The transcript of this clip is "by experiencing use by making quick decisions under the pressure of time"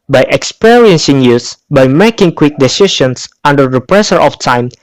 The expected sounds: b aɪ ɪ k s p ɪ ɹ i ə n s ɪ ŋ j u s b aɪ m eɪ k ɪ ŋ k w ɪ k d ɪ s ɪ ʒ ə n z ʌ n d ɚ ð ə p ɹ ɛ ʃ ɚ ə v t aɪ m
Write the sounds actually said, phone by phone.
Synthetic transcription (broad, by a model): b aɪ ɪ k s p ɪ ɹ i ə n s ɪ ŋ j u s b aɪ m eɪ k ɪ ŋ k w ɪ k d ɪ s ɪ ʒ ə n s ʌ n d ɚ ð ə p ɹ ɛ s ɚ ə f t aɪ m